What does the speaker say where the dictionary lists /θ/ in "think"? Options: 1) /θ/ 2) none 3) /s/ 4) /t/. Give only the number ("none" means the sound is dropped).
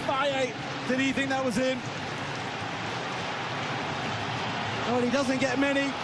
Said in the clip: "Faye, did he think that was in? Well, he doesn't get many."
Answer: 1